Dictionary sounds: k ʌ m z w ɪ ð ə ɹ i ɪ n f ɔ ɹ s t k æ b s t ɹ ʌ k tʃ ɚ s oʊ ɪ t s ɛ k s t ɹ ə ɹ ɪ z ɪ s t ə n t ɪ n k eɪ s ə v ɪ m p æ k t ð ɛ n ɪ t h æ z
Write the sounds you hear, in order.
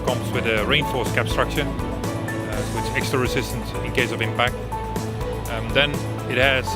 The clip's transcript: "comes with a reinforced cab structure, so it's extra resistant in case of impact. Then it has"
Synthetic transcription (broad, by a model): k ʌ m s w ɪ ð ə ɹ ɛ ɪ n f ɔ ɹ s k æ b s t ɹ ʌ k ʃ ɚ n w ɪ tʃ ɛ k s t ɹ ə ɹ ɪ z ɪ s t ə n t ɪ n k eɪ s ə v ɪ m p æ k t ð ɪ n ɪ t h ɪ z